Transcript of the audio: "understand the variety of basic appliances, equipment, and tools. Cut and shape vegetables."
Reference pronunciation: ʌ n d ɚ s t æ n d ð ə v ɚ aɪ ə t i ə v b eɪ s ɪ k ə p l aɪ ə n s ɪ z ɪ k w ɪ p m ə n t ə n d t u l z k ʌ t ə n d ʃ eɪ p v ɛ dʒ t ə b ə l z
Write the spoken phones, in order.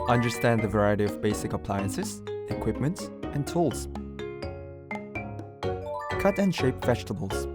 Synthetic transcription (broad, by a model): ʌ n d ɚ s t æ n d ð ə v ɚ aɪ ə t i ə v b eɪ s ɪ k ə p l aɪ ə n s ɪ z ɪ k w ɪ p m ə n t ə n t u l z k ʌ t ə n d ʃ eɪ p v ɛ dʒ t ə b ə l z